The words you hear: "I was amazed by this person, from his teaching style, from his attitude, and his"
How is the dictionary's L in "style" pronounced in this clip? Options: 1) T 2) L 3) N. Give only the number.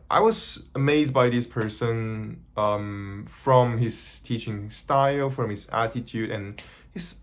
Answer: 2